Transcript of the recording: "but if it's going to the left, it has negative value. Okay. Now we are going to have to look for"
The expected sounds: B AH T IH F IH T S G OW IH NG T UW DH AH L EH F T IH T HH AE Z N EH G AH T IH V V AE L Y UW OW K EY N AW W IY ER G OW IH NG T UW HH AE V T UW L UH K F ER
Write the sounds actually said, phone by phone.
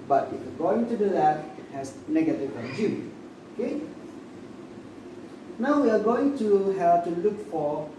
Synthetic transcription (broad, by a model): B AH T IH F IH G OW IH NG T UW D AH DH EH T IH T HH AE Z N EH G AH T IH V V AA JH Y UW OW K EY N AW W IY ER G OW IH NG T UW HH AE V T UW L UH K F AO